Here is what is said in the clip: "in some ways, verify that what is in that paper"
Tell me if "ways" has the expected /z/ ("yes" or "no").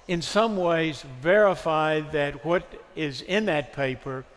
yes